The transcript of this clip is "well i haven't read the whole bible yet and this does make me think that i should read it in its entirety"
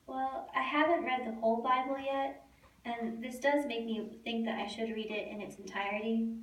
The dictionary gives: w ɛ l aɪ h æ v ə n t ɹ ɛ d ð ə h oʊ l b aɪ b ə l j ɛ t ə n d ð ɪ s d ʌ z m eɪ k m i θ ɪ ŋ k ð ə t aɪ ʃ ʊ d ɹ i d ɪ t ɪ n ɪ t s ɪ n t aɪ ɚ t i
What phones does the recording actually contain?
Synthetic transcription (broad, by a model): w ɛ l aɪ h æ v ə n t ɹ ɛ d ð ə h oʊ l b aɪ b l j ɛ t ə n ð ɪ s d ʌ z m eɪ k m i θ ɪ ŋ k ð ə t aɪ ʃ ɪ d ɹ i d ɪ t ɪ n ɪ t s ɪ n t aɪ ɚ t i